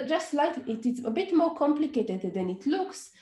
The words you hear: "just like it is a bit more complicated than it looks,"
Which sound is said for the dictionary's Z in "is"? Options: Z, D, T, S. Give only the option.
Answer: S